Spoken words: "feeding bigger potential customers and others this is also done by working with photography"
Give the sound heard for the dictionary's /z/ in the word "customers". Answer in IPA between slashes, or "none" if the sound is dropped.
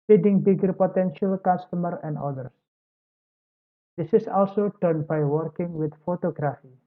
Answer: none